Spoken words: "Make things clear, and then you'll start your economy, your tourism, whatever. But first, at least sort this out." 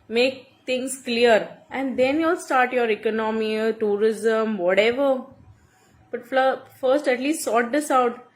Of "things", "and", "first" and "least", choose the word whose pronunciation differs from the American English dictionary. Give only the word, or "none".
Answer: things